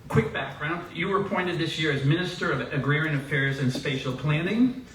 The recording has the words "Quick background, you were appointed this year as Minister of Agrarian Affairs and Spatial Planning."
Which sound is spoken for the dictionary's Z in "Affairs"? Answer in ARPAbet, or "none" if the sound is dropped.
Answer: Z